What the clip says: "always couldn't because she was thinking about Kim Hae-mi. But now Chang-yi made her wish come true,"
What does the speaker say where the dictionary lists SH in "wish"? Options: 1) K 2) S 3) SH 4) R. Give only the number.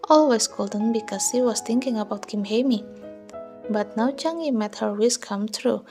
2